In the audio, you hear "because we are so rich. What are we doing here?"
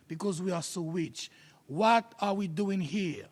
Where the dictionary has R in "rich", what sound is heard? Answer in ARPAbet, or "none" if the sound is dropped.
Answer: W